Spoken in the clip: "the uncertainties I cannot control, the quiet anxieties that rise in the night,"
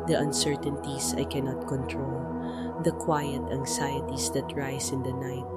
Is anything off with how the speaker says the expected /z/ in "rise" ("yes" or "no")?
yes